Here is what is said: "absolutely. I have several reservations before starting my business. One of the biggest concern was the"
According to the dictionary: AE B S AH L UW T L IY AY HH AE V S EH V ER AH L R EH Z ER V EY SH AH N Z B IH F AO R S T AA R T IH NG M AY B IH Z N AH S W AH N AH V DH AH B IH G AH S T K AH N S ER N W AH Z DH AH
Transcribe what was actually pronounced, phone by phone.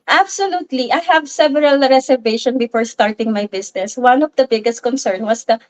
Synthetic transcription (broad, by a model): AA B S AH L UW T L IY AY HH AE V S EH V ER AH L R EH S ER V EY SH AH N B IH F AO R S T AA R T IH NG M AY B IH S N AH S W AH N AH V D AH B IH G AH S T K AH N S ER N W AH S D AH